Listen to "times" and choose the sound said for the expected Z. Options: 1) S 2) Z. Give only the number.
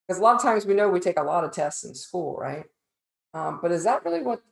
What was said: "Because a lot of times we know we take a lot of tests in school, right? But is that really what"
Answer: 2